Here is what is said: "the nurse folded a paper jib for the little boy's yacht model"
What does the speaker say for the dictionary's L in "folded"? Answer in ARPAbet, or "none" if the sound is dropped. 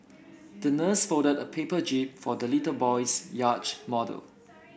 none